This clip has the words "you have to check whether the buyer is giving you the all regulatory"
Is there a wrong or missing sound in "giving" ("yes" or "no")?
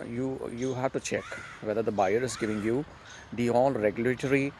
no